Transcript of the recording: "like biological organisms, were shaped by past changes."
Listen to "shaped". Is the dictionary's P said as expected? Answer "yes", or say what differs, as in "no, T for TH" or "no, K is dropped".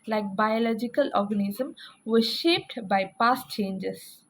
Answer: yes